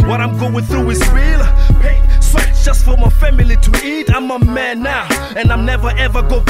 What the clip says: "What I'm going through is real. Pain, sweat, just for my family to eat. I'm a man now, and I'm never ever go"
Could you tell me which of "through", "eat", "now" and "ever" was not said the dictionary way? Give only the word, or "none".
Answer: none